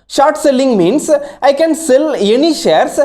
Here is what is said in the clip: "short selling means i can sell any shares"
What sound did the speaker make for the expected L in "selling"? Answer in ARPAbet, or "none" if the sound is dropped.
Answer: L